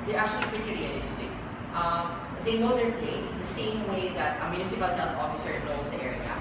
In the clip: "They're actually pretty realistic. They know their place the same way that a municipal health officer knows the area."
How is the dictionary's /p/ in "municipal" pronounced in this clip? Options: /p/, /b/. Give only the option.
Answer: /b/